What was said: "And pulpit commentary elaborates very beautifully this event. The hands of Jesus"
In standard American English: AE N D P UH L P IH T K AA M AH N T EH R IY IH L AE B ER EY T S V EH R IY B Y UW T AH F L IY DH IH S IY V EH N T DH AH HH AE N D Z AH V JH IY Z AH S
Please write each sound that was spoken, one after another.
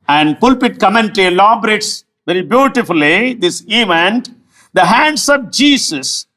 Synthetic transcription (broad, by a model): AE N D P UH L P IH T K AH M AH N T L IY L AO B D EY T S V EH R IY B Y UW T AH F L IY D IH S IY V EH N T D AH HH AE N D S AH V JH IY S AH S